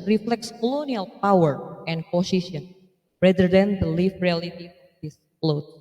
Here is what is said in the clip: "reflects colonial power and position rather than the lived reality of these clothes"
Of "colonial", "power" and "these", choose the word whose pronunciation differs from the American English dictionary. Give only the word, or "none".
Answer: these